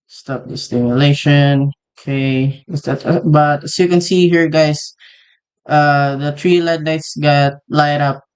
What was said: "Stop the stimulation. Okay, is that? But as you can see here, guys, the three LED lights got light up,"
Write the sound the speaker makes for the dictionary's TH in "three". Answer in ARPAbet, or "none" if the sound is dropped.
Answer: T